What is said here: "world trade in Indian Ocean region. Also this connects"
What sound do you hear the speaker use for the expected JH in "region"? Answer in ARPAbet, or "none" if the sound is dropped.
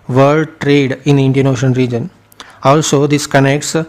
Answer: JH